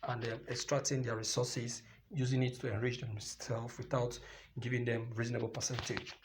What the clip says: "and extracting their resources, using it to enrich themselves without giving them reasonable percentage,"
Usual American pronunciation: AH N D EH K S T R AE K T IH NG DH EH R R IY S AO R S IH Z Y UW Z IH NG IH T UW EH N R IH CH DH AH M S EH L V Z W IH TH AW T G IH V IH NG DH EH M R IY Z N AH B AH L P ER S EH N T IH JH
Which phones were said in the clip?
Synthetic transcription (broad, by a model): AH N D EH K S T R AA K T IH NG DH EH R R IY S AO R S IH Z Y UW Z IH NG IH T UW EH N R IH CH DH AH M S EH L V W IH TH AW T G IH V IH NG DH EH M R IY Z N AH B AH L P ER S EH N T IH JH